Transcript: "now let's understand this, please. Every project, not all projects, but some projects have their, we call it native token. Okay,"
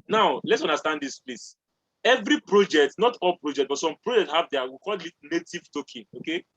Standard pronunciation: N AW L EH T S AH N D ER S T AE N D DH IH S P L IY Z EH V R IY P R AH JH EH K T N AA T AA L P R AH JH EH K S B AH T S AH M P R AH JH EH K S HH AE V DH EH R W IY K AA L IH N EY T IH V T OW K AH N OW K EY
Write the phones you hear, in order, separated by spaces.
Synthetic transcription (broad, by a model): N AW L EH T S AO N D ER S T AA N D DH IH S P L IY S EH V R IY P R AH JH EH K T N AA T AA L P R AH JH EH K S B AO T S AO M P R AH JH EH K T HH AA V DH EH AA W IY K AA L IH N EY T IH V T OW K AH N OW K EY